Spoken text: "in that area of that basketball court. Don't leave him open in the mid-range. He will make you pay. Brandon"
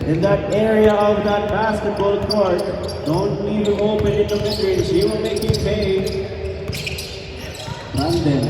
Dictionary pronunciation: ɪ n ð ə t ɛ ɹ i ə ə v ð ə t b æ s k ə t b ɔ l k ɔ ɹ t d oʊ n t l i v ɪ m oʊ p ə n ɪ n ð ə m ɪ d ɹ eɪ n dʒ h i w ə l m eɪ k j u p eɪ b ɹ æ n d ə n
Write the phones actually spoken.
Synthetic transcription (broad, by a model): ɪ n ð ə t ɛ ɹ i ə ə v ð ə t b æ s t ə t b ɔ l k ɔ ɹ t d oʊ n t n i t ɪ oʊ p ə n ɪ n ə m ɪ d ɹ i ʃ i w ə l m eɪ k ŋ p eɪ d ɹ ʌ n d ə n